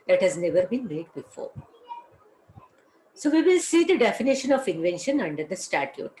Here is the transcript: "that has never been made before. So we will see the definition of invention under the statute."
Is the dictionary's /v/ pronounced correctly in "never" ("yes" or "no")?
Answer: yes